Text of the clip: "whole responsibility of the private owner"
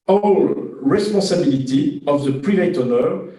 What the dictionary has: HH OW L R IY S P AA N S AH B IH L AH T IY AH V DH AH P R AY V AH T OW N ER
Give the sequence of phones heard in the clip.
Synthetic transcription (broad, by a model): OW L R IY S P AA S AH B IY L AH T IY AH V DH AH P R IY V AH T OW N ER